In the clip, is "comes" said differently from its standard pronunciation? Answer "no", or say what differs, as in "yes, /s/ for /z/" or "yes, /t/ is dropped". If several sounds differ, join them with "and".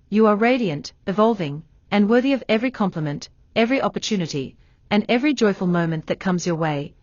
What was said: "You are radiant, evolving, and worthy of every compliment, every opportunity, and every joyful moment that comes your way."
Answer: no